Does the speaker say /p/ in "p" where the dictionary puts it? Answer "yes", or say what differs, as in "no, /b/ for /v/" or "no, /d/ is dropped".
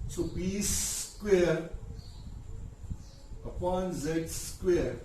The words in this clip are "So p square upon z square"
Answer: no, /b/ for /p/